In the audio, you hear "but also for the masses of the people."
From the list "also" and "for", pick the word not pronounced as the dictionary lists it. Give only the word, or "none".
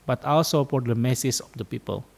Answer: for